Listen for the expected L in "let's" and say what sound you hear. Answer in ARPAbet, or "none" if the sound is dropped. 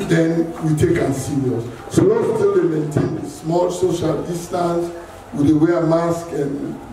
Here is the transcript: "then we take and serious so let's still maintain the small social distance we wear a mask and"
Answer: W